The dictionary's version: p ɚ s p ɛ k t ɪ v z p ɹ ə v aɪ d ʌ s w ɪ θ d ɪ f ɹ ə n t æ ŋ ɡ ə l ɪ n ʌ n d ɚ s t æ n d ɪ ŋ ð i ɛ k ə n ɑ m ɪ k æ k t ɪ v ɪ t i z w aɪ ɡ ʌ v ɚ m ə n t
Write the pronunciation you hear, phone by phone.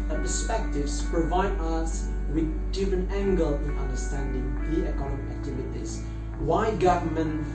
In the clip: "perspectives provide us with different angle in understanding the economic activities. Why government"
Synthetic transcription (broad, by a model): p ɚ s p ɛ k t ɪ v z p ɹ ə v aɪ d ʌ s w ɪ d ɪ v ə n æ ŋ ɡ ə l ɪ n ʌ n d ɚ s t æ n d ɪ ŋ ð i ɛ k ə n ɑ m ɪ æ k t ɪ v ɪ t i z w aɪ ɡ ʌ v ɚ m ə n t